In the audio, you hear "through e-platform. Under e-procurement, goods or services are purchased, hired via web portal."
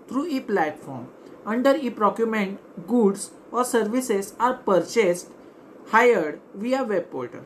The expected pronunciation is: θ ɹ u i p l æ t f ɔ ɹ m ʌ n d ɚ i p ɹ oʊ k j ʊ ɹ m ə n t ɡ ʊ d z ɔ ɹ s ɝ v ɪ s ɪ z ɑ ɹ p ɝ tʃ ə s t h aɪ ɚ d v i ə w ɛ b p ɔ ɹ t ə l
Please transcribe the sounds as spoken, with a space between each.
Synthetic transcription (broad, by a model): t ɹ u i p l æ t f ɔ ɹ m ʌ n d ɚ i p ɹ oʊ k j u m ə n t ɡ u d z ɔ ɹ s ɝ v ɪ s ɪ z ɑ ɹ p ɝ tʃ ə s t h aɪ ɚ d v i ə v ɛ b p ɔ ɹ t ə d